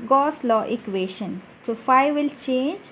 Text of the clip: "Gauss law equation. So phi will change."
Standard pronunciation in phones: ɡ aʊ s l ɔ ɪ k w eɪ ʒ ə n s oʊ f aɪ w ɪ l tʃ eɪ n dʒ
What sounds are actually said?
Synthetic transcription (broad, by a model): ɡ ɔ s l ɔ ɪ k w eɪ ʃ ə n s oʊ f aɪ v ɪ l tʃ eɪ n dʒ